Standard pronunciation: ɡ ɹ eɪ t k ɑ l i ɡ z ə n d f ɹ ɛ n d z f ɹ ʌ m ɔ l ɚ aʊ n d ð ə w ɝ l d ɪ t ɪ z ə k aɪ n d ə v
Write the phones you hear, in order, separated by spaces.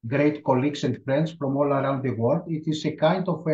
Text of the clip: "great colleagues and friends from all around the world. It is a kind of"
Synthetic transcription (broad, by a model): ɡ ɹ eɪ t k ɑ l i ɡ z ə n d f ɹ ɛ n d s f ɹ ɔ m ɔ l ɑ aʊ n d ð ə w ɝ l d ɪ t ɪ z ə k aɪ n d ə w